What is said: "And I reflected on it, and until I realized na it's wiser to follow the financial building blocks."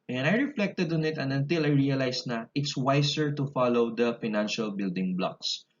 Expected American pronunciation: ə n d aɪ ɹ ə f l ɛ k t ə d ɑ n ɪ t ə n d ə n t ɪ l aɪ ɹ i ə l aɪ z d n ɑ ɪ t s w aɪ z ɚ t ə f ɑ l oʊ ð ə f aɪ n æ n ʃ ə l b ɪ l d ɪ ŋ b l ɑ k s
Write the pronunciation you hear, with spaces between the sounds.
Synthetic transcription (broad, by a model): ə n aɪ ɹ ə f l ɛ k t ə d ɑ n ɪ t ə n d ə n t ɪ l aɪ ɹ i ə l aɪ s n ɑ ɪ t s w aɪ s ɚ t ə f ɑ l oʊ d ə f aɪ n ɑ n ʃ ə l b ɪ l d ɪ ŋ b l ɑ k s